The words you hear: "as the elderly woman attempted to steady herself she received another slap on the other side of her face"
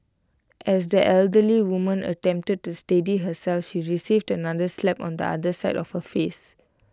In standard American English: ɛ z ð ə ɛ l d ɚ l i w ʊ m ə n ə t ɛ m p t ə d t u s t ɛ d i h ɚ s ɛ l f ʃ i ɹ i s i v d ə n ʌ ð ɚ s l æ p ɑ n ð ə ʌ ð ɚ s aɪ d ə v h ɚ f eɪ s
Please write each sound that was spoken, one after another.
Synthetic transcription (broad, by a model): ɛ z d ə ɛ l d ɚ l i w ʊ m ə n ə t ɛ m p t ə d t u s t ɛ d i h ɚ s ɛ l f ʃ i ɹ i s i v d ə n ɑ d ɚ s l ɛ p ɑ n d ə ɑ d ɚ s aɪ d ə f h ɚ f eɪ s